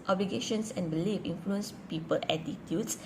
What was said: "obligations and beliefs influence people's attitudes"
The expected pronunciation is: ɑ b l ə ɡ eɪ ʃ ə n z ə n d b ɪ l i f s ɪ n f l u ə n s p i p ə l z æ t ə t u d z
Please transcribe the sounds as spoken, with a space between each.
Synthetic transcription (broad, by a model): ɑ b l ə ɡ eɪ ʃ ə n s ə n b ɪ l i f ɪ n f l u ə n s p i p ə l æ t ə t u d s